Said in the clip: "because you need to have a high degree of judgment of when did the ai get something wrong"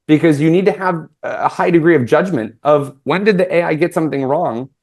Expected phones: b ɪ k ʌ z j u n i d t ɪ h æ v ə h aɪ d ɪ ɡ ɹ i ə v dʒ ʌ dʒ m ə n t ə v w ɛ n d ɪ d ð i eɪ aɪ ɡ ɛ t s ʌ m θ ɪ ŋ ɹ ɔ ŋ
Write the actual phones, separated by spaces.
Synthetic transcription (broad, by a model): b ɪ k ʌ z j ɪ n i d t ɪ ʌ v ə h aɪ d ɪ ɡ ɹ i ə v dʒ ʌ dʒ m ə n t ə v w ɛ n d ɪ d ð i eɪ aɪ ɡ ɛ t s ʌ m θ ɪ ŋ ɹ ɔ ŋ